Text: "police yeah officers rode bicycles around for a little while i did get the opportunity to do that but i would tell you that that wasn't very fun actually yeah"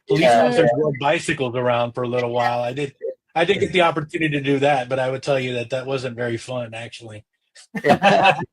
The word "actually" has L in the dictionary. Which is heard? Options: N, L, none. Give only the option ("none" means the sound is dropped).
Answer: none